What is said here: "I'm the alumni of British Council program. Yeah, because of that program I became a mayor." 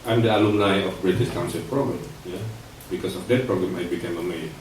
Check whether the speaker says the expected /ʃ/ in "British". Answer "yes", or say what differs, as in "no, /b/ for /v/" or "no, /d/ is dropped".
no, /s/ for /ʃ/